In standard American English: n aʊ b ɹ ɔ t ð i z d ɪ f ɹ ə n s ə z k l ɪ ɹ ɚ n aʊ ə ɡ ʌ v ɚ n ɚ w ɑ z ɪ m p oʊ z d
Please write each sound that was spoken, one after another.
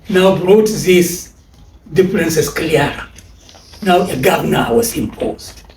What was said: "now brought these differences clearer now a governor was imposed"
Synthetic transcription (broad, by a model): n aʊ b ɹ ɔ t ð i s d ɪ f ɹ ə n s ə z k l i ɚ n aʊ ə ɡ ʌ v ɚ n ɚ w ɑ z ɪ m p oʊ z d